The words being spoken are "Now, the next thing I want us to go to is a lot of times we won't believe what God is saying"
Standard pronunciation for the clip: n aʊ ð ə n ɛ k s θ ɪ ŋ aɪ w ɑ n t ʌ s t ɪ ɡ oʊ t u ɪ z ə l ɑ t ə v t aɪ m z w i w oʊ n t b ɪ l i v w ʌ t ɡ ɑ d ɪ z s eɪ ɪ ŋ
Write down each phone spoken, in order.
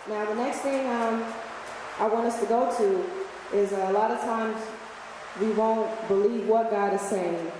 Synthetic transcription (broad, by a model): n aʊ ð ə n ɛ k s θ ɪ ŋ aɪ w ɑ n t ʌ s t ɪ ɡ oʊ t u ɪ z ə l ɑ t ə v t aɪ m z w i w oʊ n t b ɪ l i v w ʌ t ɡ ɑ d ɪ z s eɪ ɪ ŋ